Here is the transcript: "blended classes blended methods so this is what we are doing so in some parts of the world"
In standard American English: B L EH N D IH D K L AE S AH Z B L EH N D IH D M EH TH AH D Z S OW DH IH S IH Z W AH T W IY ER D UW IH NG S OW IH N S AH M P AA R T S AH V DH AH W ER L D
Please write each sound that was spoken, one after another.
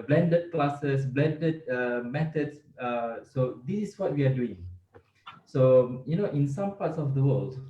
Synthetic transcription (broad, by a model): B L EH N D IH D K L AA S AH S B L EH N D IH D M EH T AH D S S OW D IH S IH S W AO T W IY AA D UW IH NG S OW IH N S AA M P AA T S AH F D AH W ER L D